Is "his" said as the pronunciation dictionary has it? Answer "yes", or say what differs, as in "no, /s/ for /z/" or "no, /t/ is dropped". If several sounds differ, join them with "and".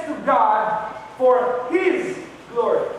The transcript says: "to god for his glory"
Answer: yes